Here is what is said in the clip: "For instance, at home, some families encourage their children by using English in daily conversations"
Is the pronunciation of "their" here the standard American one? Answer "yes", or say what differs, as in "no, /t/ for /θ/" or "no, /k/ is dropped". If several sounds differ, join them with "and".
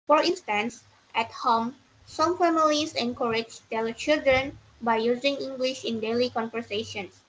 no, /l/ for /ɹ/